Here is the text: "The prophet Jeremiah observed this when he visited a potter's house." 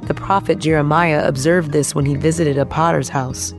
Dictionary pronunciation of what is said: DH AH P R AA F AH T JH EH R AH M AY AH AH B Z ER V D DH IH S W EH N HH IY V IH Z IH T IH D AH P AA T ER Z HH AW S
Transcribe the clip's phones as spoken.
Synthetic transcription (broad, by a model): DH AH P R AA F AH T JH EH R AH M AY AH AH B Z ER V D DH IH S W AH N IY V IH Z IH T IH D AH P AA T ER Z HH AW S